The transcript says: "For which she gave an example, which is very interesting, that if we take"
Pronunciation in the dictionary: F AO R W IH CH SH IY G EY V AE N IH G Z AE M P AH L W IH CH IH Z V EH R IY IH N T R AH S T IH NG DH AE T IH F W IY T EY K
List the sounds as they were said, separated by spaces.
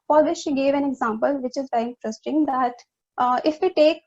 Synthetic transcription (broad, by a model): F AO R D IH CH SH IY G EY V AE N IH G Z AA M P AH L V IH CH IH Z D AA IY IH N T R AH S T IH NG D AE T IH F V IY T EY K